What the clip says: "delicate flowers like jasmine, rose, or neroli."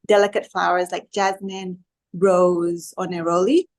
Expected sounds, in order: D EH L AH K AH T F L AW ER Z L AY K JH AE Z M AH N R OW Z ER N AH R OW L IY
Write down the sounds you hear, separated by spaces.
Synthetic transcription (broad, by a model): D EH L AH K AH T F L AW ER Z L AY K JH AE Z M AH N R OW Z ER N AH R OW L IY